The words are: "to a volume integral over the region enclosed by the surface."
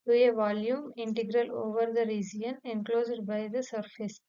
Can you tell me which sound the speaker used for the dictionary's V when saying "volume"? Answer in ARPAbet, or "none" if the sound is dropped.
V